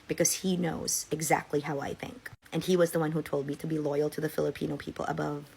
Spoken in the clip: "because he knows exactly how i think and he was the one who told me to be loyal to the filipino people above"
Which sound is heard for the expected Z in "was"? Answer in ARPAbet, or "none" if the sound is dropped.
Z